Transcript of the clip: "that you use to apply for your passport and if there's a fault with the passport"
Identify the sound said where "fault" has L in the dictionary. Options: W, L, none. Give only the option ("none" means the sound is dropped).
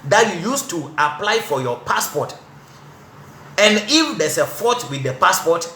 none